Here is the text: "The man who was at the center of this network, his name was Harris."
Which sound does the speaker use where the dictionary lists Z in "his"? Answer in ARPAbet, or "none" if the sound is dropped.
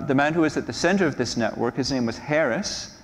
Z